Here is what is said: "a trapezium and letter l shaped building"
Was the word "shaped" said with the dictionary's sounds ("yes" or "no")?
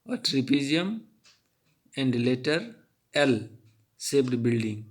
no